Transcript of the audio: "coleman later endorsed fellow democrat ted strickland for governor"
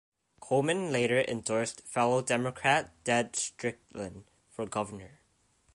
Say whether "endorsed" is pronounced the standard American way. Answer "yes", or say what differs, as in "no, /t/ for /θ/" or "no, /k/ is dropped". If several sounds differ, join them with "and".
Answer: yes